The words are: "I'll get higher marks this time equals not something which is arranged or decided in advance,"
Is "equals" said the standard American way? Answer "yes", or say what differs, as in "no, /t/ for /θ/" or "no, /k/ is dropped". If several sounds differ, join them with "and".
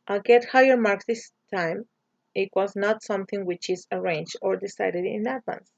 no, /l/ is dropped